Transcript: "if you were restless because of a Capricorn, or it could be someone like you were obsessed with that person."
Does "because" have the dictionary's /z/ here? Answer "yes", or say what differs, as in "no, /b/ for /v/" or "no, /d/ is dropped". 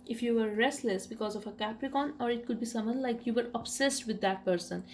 yes